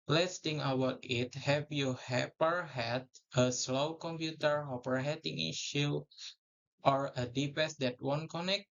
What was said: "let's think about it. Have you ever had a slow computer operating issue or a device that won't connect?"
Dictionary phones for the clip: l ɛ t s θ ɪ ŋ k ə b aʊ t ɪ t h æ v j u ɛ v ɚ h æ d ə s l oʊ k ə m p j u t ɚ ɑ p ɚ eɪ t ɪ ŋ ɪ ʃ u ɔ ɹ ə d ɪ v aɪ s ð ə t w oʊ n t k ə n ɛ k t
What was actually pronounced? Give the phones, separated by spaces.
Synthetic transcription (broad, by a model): l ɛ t s t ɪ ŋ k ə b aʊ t ɪ t h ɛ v j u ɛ p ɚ h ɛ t ə s l oʊ k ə m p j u t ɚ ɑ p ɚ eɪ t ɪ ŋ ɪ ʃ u ɔ ɹ ə d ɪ p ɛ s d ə t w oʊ n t k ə n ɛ k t